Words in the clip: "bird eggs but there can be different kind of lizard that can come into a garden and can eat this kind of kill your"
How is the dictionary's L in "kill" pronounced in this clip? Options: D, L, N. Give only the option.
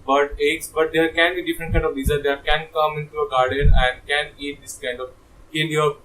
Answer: N